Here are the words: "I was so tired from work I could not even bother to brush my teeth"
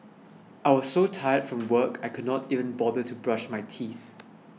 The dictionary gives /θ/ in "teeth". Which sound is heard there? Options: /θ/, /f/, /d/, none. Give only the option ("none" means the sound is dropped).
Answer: /θ/